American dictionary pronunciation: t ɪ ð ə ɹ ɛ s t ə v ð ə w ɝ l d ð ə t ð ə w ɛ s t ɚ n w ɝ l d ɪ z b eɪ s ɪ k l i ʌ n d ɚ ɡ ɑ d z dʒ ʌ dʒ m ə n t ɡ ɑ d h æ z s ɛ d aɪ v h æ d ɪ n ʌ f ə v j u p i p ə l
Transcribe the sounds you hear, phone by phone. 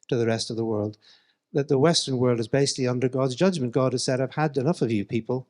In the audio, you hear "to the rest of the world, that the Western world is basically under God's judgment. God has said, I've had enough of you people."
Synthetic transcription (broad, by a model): t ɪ ð ə ɹ ɛ s t ə v ð ə w ɝ l d ð ə t ð ə w ɛ s t ɚ n w ɝ l d ɪ z b eɪ s ɪ k l i ʌ n d ɚ ɡ ɑ d z dʒ ʌ dʒ m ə n ɡ ɑ d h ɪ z s ɛ d aɪ v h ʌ d ɪ n ʌ f ə v j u p i p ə l